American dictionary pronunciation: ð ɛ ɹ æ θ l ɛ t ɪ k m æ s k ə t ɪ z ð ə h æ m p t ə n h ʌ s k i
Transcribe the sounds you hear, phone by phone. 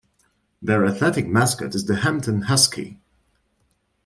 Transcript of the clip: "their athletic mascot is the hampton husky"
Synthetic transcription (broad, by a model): ð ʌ ɹ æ θ ɛ t ɪ k m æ s k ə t ɪ z ð ə h æ m p t ə n h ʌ s k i